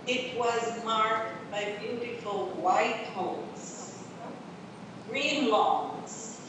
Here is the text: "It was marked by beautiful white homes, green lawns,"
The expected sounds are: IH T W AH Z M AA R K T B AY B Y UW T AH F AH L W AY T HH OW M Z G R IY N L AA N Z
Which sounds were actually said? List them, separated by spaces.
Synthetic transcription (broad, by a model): IH T W AH Z M AA R K T B AY B Y UW T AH F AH L W AY T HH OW Z G R IY N L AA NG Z